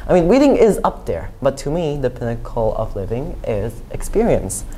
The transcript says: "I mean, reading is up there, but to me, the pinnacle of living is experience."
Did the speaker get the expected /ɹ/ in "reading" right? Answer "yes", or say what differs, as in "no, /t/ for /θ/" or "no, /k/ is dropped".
no, /w/ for /ɹ/